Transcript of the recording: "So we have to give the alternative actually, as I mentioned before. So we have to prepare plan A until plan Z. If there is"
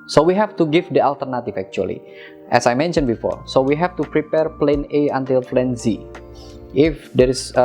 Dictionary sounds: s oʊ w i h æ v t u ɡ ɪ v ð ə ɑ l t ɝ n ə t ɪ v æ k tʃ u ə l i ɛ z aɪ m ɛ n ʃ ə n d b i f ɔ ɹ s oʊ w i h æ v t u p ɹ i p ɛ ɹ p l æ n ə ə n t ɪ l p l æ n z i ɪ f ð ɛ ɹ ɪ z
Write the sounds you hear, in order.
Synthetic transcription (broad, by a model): s oʊ w i h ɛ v t u ɡ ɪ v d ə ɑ l t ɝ n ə t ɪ f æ k tʃ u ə l i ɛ s aɪ m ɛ n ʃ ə n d b i f ɔ ɹ s oʊ w i h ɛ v t u p ɹ i p ɛ ɹ p l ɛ n ə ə n t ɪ l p l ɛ n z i ɪ f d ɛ ɹ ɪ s